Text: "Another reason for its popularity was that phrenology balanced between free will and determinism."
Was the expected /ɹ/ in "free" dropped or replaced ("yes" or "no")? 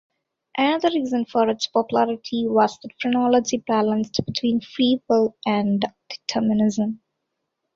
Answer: yes